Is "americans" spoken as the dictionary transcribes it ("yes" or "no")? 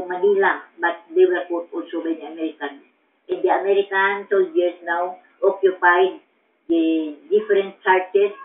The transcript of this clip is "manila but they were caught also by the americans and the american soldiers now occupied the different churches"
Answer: no